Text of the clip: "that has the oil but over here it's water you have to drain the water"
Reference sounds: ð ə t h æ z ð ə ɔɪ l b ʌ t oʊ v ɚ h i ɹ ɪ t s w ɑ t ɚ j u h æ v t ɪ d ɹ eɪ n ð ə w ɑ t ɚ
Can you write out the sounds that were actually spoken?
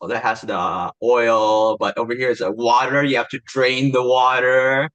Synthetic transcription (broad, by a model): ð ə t h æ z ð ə ɔɪ l b ʌ t oʊ v ɚ h i ɹ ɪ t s w ɑ t ɚ j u h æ f t ɪ d ɹ eɪ n ð ə w ɑ t ɚ